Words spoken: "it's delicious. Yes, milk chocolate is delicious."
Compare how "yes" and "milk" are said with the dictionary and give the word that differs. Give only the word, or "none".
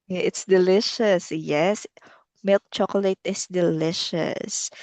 none